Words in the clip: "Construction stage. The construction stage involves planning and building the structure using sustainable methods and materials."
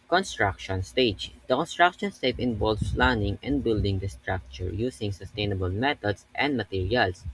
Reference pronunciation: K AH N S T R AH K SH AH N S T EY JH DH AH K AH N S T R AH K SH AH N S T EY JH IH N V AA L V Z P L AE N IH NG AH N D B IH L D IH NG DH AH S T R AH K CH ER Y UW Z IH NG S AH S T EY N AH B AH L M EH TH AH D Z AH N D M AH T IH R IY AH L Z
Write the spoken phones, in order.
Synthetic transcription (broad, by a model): K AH N S T R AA K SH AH N S T EY JH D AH K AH N S T R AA K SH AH N S T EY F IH N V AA L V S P L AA N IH NG AH N D B IH L D IH NG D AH S T R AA K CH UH Y UW S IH NG S AH S T EY N AH B AH L M EH T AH D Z AH N D M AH T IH R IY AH L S